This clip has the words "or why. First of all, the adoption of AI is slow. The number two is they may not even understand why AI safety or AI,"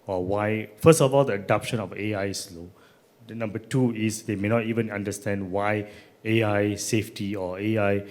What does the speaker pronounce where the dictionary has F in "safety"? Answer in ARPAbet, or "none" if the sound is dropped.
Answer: F